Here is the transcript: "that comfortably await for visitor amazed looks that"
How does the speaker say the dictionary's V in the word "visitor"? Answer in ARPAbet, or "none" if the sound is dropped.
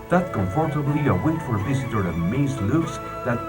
V